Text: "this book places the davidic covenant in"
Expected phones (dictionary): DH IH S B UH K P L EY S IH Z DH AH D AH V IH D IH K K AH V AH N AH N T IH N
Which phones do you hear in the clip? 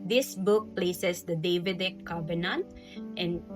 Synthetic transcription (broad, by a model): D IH S B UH K P L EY S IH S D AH D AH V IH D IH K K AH B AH N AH N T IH N